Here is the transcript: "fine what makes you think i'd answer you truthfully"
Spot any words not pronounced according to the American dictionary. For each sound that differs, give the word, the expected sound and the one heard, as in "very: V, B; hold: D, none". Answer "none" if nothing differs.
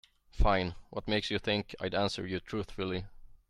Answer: none